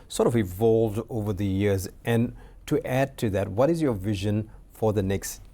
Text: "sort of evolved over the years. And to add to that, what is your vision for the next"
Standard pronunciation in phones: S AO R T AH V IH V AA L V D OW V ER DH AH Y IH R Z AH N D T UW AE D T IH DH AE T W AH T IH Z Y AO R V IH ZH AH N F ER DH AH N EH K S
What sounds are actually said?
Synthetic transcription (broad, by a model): S AO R T AH V IH V AA L V D OW V ER DH AH Y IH R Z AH N T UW AE D T IH DH AE T W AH T IH Z Y AO R V IH ZH AH N F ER DH AH N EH K S